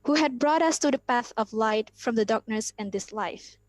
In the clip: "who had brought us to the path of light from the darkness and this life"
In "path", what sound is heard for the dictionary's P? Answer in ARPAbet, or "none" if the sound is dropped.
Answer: P